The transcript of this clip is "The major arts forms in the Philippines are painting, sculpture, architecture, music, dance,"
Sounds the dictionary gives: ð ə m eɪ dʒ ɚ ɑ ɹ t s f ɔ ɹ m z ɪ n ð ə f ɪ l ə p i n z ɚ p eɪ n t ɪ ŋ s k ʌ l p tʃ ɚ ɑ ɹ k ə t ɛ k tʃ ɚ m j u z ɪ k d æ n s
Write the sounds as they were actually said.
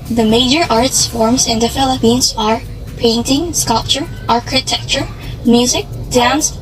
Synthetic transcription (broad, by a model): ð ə m eɪ dʒ ɚ ɑ ɹ t s f ɔ ɹ m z ɪ n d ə f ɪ l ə p i n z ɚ p eɪ n t ɪ ŋ s k ʌ l p tʃ ɚ ɑ ɹ k ə t ɛ k tʃ ɚ m j u z ɪ k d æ n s